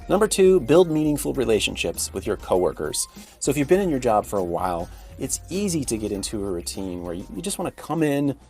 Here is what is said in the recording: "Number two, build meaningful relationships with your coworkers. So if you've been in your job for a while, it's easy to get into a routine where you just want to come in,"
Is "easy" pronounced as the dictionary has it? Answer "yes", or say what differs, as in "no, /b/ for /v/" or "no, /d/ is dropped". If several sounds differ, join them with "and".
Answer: yes